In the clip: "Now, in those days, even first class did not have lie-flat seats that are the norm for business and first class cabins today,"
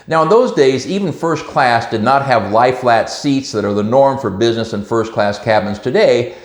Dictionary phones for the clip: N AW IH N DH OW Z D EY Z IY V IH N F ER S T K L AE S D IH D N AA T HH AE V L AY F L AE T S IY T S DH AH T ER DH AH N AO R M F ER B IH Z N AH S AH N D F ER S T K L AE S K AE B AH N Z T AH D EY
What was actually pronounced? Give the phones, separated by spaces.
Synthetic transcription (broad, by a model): N AW IH N DH OW Z D EY Z IY V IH N F ER S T K L AE S D IH D N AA T HH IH V L AY F L AE T S IY T S DH AH T ER DH AH N AO R M F ER B IH Z N AH S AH N F ER S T K L AE S K AE B AH N Z T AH D EY